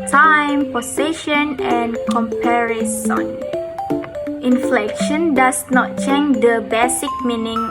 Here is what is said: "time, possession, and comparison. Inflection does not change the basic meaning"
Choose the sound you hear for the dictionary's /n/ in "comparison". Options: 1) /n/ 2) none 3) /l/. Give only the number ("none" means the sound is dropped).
1